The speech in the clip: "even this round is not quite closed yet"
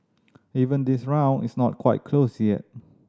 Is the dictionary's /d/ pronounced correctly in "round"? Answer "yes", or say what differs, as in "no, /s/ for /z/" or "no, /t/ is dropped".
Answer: no, /d/ is dropped